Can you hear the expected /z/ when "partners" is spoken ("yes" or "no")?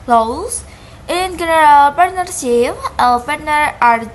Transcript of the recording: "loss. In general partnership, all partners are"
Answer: no